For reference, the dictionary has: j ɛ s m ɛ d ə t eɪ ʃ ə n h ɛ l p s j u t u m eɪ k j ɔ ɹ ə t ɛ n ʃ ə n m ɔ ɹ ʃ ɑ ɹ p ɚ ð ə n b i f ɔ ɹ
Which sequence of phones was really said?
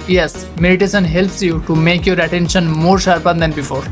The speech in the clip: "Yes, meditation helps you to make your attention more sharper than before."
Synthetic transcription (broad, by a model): j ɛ s m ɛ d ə t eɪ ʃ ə n h ɛ l p s j u t u m eɪ k j ɔ ɹ ə t ɛ n ʃ ə n m ɔ ɹ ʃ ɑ ɹ p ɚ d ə n b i f ɔ ɹ